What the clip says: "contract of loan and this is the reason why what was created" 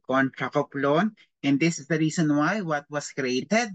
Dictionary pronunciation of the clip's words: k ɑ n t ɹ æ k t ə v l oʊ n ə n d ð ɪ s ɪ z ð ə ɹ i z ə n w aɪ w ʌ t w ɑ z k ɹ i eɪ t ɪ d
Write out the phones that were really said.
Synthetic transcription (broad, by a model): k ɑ n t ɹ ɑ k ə p l oʊ n ə n d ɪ s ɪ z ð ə ɹ i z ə n w aɪ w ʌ t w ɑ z k ɹ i eɪ t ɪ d